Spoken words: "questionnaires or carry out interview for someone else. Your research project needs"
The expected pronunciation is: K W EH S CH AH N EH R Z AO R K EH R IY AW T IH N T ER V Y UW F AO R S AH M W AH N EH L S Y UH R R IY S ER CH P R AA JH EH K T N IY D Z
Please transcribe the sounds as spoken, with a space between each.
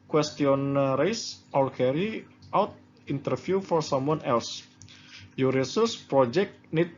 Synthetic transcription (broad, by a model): K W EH S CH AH N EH R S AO L K EH R IY AW T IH N T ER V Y UW F AO R S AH M W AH N EH L S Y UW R R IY S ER S P R AA JH EH K T N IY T